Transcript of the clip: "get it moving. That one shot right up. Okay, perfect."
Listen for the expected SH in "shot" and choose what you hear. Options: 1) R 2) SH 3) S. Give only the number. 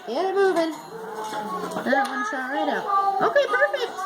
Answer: 3